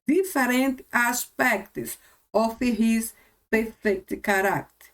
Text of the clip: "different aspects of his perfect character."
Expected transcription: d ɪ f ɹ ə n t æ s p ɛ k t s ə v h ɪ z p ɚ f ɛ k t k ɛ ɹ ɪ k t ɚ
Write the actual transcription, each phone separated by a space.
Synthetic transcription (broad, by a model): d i f ɹ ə n t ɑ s p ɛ k t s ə f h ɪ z p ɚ f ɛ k t k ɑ ɹ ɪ k t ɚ